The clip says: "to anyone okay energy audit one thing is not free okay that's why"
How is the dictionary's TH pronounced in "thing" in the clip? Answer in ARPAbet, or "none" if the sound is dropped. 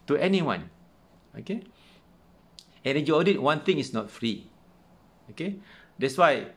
T